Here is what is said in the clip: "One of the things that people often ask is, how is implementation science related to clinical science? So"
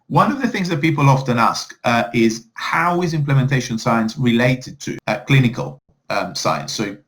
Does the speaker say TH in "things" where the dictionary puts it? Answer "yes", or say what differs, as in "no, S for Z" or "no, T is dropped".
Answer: yes